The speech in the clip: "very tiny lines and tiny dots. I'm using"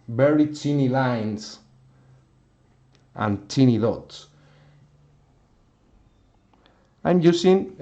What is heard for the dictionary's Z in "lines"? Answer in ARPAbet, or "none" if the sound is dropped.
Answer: S